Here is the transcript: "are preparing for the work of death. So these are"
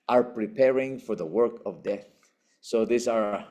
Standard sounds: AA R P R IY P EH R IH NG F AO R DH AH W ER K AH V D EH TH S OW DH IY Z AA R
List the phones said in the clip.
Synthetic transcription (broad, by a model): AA R P R IY P EH R IH NG F AO R DH AH W ER K AH V D EH TH S OW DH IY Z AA R